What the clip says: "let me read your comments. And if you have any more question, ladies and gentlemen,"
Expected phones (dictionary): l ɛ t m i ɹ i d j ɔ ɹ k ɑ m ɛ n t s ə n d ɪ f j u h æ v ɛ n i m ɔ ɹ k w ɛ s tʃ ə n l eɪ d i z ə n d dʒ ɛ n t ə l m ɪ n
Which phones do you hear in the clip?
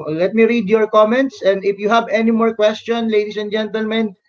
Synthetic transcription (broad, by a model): l ɛ t m i ɹ i d j ɔ ɹ k ɑ m ɛ n t s ə n d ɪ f j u h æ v ɛ n i m ɔ ɹ k w ɛ s tʃ ə n l eɪ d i s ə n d dʒ ɛ n t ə l m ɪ n